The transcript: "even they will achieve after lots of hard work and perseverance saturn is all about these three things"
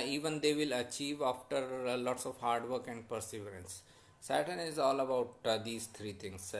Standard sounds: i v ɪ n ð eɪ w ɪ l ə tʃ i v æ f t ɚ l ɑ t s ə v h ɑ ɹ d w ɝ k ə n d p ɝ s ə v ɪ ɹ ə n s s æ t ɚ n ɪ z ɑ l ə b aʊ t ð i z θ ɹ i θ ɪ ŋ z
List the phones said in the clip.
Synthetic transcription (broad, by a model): i v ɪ n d eɪ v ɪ l ə tʃ i v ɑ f t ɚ l ɑ t s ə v h ɑ ɹ d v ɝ k ə n d p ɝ s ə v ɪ ɹ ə n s s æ t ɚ n ɪ z ɑ l ə b aʊ t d i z t ɹ i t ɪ ŋ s